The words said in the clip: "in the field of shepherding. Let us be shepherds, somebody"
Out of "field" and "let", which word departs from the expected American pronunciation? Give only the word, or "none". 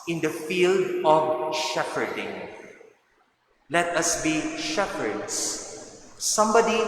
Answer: none